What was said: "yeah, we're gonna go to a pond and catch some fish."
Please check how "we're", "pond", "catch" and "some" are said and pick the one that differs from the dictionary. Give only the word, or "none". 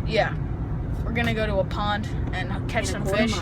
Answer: none